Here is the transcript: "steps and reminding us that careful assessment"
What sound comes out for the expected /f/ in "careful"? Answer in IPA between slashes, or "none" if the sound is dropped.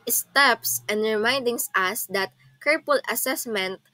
/p/